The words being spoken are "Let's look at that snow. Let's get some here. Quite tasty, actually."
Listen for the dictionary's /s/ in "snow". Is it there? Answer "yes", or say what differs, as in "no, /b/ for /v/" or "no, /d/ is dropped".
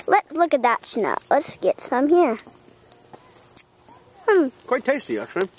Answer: no, /ʃ/ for /s/